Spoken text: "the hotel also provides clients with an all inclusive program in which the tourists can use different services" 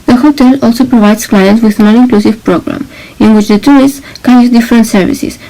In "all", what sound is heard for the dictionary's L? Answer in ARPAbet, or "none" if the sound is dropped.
N